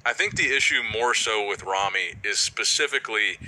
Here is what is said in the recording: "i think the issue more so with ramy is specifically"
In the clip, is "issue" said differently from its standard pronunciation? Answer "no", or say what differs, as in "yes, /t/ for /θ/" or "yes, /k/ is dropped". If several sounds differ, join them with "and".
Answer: no